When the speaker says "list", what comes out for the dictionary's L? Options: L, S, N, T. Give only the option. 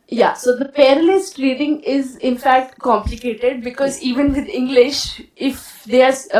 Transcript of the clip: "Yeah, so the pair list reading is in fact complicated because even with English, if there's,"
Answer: L